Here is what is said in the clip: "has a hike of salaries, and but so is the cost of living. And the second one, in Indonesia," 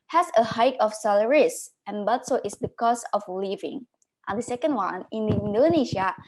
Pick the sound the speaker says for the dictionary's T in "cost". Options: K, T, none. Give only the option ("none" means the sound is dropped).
none